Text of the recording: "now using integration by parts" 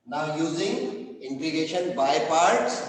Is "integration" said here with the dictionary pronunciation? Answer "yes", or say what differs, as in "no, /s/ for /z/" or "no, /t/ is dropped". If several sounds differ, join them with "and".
no, /ɹ/ is dropped